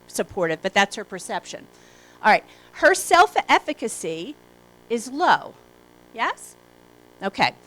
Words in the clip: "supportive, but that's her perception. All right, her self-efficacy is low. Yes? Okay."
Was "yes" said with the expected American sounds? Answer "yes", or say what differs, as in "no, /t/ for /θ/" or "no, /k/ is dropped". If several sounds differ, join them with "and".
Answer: yes